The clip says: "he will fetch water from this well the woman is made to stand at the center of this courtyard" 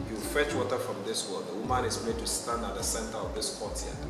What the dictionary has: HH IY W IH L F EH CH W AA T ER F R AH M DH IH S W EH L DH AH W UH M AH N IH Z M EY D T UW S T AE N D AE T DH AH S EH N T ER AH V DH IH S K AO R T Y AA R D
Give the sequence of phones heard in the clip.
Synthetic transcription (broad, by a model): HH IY W IH L F EH CH W AA T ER F R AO M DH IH S W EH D DH AH W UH M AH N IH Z M EY D T UW S T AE N D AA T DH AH S EH N T ER AH V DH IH S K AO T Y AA